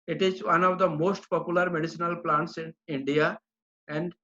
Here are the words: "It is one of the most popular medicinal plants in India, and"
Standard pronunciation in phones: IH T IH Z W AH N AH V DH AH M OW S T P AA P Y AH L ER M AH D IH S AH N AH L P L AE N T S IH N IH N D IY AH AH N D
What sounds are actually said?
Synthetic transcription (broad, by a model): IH T IH Z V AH N AH V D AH M OW S T P AA P Y AH L ER M AH D IH S AH N AH L P L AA N T S IH N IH N D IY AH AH N D